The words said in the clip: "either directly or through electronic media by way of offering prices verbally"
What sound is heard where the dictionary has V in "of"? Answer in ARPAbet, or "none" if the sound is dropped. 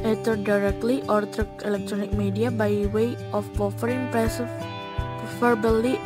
P